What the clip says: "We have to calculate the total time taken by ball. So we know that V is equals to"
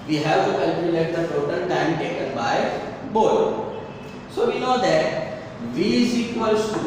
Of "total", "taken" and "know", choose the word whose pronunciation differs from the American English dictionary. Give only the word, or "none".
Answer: total